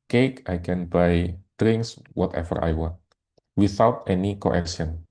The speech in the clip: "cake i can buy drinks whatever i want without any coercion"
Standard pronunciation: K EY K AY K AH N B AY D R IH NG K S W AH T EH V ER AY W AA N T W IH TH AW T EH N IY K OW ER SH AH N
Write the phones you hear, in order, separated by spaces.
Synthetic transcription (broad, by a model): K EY K AY K AH N B AY D R IH NG K S W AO T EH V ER AY W AA N T W IH TH AW T EH N IY K OW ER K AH N